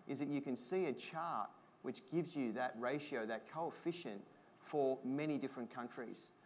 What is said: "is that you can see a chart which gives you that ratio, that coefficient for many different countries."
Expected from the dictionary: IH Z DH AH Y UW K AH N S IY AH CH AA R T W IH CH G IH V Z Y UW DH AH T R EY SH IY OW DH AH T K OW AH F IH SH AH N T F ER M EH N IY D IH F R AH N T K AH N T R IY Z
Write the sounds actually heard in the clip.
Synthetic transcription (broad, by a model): IH Z DH AH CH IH K AH N S IY AH CH AA R T W IH CH G IH V Z Y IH DH AH T R EY SH IY OW DH AH T K OW AH F IH SH AH N T F ER M EH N IY D IH F R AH N K AH N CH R IY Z